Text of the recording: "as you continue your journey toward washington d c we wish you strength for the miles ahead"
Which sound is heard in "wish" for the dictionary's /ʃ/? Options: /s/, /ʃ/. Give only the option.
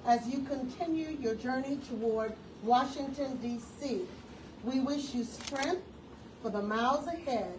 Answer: /ʃ/